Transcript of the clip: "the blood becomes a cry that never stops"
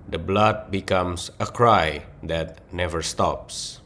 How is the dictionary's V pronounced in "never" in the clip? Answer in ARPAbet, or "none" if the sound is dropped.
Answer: V